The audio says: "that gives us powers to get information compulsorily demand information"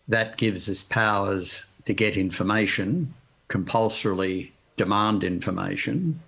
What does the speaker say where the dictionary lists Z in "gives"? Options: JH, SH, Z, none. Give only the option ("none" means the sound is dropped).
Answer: Z